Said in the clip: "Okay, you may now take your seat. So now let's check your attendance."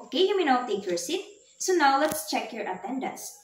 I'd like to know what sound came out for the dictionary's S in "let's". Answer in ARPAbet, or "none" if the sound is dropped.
S